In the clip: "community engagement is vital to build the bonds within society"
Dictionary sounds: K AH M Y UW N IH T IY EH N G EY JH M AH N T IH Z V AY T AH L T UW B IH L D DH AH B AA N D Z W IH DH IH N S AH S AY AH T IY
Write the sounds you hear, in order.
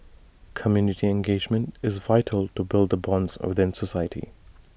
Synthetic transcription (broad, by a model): K AH M Y UW N IH T IY EH N G EY JH M AH N T IH Z V AY T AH L T UW B IH L D DH AH B AA N D Z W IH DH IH N S AH S AY AH T IY